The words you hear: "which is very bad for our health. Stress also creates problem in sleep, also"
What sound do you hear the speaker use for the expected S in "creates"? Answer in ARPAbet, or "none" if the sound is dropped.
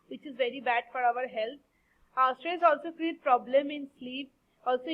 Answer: none